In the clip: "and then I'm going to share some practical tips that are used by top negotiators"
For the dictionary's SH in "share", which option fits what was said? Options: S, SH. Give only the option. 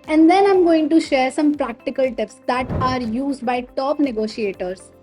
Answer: SH